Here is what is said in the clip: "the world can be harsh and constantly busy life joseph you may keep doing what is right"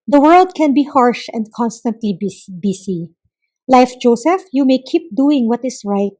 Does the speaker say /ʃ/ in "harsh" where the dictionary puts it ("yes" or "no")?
yes